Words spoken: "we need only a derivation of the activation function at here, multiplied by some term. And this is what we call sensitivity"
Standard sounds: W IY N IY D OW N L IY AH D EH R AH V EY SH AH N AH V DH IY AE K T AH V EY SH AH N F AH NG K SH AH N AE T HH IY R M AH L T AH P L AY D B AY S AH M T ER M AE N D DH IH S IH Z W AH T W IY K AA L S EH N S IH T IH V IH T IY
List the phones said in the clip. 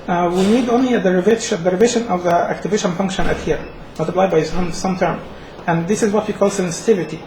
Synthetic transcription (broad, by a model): W IY N IY D OW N L IY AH D EH R AH V EY SH AH N AH V DH IY AE K T AH V EY SH AH N F AH NG K SH AH N AE T HH IY R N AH T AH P L AY B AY S AH M T ER M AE N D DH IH S IH Z W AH T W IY K AA L S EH N S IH T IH V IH T IY